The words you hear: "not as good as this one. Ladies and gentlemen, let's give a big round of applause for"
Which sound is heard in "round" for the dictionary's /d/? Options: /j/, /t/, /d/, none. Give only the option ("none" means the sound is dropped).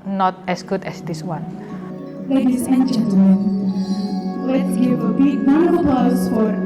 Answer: none